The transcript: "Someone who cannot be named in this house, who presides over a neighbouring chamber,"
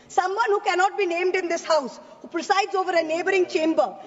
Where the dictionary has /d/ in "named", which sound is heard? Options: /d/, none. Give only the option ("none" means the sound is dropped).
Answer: /d/